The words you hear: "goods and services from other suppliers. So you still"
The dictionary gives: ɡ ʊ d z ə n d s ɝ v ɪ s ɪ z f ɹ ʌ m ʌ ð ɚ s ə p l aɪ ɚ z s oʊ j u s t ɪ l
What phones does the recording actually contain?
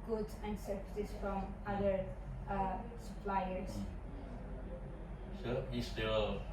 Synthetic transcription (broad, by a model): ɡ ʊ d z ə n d s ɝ p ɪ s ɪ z f ɹ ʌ m ʌ ð ɚ s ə p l aɪ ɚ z s oʊ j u s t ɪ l